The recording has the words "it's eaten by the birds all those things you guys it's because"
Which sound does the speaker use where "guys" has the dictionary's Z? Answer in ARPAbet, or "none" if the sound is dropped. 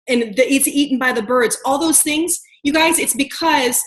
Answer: Z